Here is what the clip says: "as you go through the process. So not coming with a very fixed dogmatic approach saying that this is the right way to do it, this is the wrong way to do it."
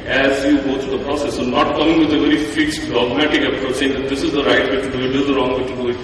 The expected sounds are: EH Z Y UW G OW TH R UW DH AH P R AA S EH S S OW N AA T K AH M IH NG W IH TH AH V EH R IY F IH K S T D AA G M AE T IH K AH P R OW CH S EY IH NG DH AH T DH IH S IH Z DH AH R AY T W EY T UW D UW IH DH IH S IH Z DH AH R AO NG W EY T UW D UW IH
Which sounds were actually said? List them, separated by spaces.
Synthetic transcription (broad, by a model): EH Z Y UW G OW T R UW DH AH P R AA S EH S S OW N AA T K AH M IH NG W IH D AH V EH R IY F IH K S T D AA G M AE T IH K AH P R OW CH S EY IH NG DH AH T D IH S IH Z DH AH R AY T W EY T UW D UW IH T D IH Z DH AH R AO NG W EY T UW D UW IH